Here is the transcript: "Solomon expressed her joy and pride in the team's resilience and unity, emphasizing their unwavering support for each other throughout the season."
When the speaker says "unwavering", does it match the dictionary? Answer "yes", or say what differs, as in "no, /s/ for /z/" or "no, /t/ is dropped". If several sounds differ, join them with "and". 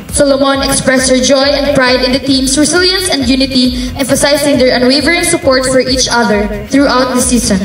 yes